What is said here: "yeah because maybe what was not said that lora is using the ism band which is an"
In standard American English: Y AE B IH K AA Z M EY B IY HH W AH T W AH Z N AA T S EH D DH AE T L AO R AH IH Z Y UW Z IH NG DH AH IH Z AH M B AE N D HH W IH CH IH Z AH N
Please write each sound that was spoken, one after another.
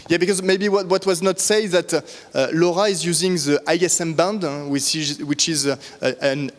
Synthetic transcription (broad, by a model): Y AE B IH K AA Z M EY B IY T W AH T W AH Z N AA T S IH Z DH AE T L AO R AH IH Z Y UW Z IH NG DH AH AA S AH M B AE N D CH W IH CH IH Z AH N